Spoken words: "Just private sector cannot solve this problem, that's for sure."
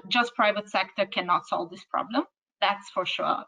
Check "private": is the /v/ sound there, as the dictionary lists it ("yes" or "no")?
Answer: yes